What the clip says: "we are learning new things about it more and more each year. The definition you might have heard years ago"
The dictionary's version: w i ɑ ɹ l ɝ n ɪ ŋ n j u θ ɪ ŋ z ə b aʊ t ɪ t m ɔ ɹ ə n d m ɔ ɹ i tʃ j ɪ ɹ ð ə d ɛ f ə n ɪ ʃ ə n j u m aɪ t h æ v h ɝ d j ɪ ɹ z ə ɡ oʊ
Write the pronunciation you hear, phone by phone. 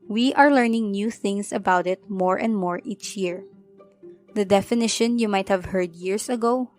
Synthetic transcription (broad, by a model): w i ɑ ɹ l ɝ n ɪ ŋ n j u θ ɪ ŋ s ə b aʊ t ɪ t m ɔ ɹ ə n d m ɔ ɹ i tʃ j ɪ ɹ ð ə d ɛ f ə n ɪ ʃ ə n j u m aɪ t h æ v h ɝ d j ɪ ɹ s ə ɡ oʊ